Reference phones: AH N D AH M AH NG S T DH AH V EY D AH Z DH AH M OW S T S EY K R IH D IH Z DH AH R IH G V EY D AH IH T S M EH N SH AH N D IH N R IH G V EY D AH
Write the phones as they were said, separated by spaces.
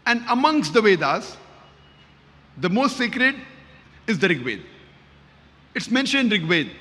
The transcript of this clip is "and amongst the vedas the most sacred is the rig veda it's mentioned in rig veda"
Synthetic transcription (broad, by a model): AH N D AH M AH NG S T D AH V EY D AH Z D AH M OW S T S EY K R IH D IH Z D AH R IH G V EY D IH T S M EH N SH AH N D R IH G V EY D